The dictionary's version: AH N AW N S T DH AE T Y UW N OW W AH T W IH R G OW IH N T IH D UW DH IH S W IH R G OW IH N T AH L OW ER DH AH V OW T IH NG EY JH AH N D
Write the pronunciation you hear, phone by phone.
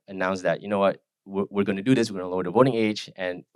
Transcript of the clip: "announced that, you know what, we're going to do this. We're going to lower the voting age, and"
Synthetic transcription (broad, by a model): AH N AW N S DH AE T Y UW N OW W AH T W IH R G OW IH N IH D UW DH IH S W IH R G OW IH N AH L OW ER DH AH V OW T IH NG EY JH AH N